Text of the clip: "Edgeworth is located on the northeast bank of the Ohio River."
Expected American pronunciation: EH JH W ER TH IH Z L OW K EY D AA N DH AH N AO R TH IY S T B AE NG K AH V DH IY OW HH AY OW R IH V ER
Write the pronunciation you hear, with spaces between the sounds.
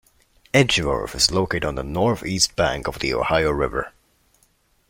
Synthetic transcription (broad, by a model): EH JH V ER F IH Z L OW K EY D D N DH AH N AO R TH IY S T B AE NG K AH V DH IY OW HH AY OW R IH V ER